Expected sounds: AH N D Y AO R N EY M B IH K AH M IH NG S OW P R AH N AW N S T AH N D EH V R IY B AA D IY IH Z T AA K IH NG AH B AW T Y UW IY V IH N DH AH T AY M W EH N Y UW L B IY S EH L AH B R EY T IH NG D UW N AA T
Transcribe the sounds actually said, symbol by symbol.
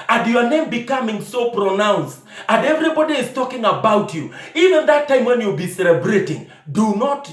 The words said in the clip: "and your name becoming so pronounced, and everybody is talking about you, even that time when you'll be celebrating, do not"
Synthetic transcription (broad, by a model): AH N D Y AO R N EY M B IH K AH M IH NG S OW P R AH N AW N S T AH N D EH V R IY B AA D IY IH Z T AA K IH NG AH B AW T Y UW IY V IH N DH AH T AY M W EH N Y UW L B IY S EH L AH B R EY T IH NG D UW N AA T